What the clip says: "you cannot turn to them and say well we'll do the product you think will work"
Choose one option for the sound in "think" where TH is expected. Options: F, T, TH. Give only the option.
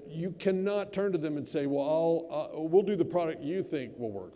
TH